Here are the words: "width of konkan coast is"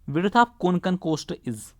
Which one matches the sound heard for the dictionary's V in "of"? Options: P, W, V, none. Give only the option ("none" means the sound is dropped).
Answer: P